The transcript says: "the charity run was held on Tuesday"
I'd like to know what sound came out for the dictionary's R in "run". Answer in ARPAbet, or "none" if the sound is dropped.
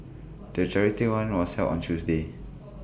W